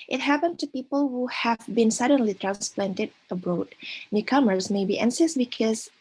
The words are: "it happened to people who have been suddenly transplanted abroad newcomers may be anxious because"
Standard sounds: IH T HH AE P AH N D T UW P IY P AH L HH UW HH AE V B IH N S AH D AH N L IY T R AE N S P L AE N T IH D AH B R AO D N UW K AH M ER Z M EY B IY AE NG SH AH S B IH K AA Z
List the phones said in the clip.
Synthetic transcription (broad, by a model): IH T HH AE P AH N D T UW P IY P AH L HH UW HH AE V B IH N S AH D AH N L IY T R AE N S P L AE N T IH D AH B R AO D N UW K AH M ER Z M EY B IY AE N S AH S B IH K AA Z